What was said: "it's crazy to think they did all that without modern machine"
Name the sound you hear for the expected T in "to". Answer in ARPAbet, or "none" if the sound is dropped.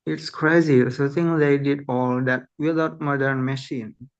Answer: S